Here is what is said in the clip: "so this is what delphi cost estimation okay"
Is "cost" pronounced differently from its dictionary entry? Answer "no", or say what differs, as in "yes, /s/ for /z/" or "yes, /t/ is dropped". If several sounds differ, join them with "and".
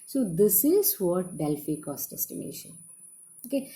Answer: no